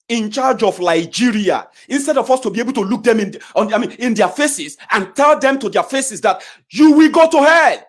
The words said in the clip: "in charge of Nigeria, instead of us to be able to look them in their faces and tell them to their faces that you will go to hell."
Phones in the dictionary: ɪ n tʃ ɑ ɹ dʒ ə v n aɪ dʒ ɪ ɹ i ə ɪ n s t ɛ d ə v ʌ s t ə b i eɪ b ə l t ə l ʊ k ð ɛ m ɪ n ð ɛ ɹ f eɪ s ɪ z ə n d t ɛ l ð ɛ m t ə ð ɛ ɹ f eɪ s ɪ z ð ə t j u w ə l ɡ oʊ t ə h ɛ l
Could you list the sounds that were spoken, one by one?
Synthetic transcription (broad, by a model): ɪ n tʃ ɑ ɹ dʒ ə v l aɪ dʒ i ɹ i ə ɪ n s t ɛ d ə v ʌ s t ə b i eɪ b ə l t ə l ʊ k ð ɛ m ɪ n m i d f eɪ s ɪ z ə n t ɛ l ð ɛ m t ə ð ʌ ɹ f eɪ s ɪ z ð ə t j u w ə l ɡ oʊ t ə h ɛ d